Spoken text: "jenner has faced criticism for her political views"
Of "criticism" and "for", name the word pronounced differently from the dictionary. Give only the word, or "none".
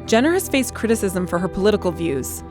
none